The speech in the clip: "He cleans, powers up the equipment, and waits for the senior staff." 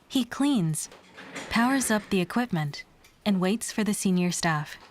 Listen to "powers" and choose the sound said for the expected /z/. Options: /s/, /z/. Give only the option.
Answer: /z/